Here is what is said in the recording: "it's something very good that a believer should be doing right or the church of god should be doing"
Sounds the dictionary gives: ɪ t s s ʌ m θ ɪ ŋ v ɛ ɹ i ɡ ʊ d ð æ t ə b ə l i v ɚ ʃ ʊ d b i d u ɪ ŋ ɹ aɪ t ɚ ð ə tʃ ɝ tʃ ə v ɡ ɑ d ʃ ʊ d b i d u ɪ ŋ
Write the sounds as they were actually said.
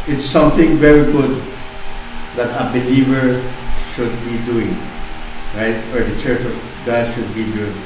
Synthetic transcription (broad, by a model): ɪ t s s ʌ m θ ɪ ŋ v ɛ ɹ i ɡ ʊ d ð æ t ə b ə l i v ɚ ʃ ʊ d b i d u ɪ ŋ ɹ aɪ t ɚ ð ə tʃ ɝ tʃ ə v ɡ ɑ ʃ ʊ d b i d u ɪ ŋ